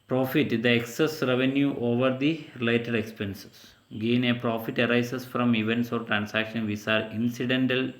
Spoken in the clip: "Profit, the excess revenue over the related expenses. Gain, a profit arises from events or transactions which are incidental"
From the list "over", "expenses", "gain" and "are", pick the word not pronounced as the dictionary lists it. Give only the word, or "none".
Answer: expenses